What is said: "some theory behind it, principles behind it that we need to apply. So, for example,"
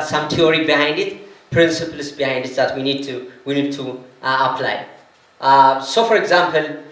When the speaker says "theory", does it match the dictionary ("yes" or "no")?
no